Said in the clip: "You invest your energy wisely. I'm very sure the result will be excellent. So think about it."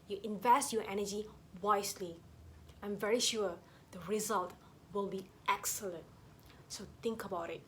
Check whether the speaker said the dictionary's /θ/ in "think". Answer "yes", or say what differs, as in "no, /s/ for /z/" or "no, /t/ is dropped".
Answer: no, /t/ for /θ/